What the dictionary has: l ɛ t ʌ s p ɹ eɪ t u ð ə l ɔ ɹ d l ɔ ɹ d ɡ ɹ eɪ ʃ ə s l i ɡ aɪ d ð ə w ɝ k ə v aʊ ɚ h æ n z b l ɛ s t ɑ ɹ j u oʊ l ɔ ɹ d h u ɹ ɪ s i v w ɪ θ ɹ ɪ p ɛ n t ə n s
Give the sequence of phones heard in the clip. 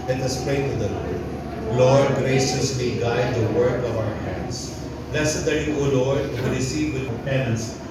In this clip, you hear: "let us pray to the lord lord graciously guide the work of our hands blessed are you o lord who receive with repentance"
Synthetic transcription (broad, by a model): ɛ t ʌ s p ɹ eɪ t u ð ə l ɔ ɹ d l ɔ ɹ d ɡ ɹ eɪ ʃ ə s l i ɡ aɪ d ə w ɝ k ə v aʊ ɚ h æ n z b l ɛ s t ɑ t j u oʊ l ɔ ɹ d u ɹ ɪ s i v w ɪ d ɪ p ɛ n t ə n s